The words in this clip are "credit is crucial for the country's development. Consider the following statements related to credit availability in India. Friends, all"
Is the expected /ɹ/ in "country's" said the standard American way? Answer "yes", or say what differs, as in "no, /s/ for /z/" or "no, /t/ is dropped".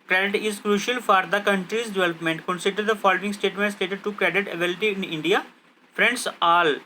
yes